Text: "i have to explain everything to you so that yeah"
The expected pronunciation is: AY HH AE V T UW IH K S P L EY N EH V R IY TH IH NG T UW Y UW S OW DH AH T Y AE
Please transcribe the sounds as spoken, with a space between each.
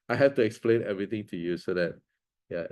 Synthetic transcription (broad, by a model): AY HH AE F T UW IH K S P L EY N EH V R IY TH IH NG T UW Y UW S OW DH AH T Y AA